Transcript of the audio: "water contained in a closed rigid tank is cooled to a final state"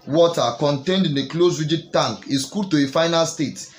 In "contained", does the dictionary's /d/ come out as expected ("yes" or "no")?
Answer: yes